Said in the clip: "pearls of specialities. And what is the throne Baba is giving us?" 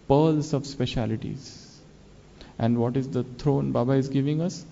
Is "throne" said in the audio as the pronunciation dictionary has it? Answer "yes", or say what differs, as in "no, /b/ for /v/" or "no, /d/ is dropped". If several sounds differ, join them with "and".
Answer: no, /t/ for /θ/